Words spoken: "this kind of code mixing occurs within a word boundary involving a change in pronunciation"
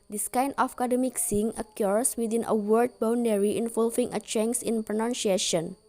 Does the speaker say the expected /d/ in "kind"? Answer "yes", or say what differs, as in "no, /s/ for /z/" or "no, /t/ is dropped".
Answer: no, /d/ is dropped